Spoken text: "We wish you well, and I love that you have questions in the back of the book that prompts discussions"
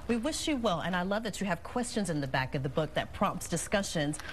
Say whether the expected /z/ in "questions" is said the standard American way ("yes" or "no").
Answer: yes